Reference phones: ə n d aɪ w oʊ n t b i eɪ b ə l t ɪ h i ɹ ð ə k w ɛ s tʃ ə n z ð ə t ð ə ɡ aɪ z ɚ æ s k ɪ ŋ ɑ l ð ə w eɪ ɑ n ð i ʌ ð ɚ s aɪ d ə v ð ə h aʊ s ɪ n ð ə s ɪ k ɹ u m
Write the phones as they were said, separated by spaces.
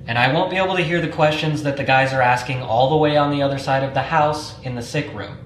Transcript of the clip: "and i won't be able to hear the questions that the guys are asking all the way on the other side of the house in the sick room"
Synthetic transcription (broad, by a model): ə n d aɪ w oʊ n b i eɪ b l t ɪ h i ɹ ð ə k w ɛ s tʃ ə n z ð ə t ð ə ɡ aɪ z ɚ æ s k ɪ ŋ ɑ l ð ə w eɪ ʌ n ð i ʌ ð ɚ s aɪ d ə v ð ə h aʊ s ɪ n ð ə s ɪ k ɹ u m